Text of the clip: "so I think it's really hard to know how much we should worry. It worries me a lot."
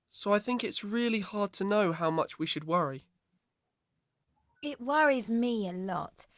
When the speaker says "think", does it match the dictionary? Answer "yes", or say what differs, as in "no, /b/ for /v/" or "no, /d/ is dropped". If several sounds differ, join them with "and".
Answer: yes